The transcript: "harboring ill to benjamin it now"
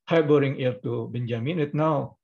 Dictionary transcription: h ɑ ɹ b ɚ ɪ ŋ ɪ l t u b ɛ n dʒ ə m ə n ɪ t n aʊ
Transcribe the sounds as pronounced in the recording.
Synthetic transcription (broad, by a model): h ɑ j b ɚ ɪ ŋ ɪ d t u b ɛ n dʒ ə m ə n ɪ t n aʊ